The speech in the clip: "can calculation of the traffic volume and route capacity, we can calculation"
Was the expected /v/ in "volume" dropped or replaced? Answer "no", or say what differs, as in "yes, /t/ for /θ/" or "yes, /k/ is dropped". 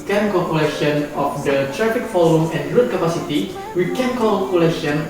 yes, /f/ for /v/